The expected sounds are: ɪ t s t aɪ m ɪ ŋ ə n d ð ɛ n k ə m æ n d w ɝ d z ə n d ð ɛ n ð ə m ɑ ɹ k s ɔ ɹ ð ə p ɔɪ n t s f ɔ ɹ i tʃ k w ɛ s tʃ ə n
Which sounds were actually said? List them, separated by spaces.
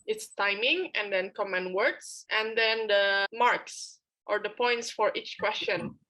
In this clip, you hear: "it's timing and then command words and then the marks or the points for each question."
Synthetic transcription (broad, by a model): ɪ t s t aɪ m ɪ ŋ ə n d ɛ n k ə m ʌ n w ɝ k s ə n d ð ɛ n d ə m ɑ ɹ k s ɔ ɹ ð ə p ɔɪ n t s f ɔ ɹ i tʃ k w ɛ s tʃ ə n